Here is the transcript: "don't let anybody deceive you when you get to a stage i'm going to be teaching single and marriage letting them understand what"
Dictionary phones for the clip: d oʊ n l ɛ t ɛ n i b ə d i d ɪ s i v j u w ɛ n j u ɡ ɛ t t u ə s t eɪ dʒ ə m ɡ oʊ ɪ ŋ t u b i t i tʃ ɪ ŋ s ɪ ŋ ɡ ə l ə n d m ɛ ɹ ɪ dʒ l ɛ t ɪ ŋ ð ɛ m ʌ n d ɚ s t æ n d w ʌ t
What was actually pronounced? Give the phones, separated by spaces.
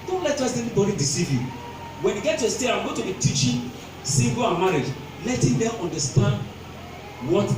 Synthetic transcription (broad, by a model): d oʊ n l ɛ t ɛ n i b ə d i d ɪ s i v j u w ɛ n j u ɡ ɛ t t u ə s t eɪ ə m ɡ oʊ t u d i t i tʃ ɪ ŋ s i ɡ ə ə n m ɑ ɹ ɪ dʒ l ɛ t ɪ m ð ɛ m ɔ n d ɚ s t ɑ n d w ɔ t